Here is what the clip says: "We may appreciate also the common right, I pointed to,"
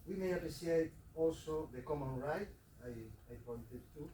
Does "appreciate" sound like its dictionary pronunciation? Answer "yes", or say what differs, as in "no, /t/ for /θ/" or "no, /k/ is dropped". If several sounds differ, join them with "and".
no, /s/ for /ʃ/